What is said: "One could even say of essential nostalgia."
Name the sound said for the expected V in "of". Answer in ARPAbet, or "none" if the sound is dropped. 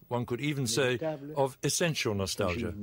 V